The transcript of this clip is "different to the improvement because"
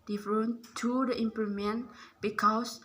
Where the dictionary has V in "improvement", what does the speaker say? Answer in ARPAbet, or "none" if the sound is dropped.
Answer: none